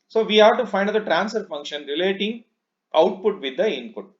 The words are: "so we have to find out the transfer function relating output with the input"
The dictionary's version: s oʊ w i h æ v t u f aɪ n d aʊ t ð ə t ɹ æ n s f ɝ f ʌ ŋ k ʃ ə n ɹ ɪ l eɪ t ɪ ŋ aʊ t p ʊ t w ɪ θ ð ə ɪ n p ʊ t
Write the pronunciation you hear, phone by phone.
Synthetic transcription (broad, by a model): s oʊ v i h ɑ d t u f aɪ n d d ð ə t ɹ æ n s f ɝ f ʌ ŋ k ʃ ə n ɹ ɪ l eɪ t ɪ ŋ aʊ t p ʊ t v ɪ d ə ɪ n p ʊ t